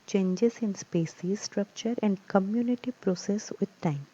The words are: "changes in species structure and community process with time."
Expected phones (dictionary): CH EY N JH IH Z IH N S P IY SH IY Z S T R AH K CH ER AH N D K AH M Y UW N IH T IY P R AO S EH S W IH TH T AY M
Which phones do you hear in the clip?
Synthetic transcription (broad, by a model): CH EY N JH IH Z IH N S P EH S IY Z S T R AH K CH ER AH N D K AH M Y UW N IH T IY P R AO S EH S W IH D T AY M